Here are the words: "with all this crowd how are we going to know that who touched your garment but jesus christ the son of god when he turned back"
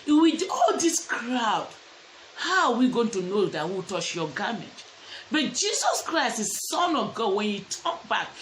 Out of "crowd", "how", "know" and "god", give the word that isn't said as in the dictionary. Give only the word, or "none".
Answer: none